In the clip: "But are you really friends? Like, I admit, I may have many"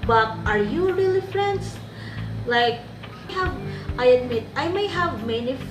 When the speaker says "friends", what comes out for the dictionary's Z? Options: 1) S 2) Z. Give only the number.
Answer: 1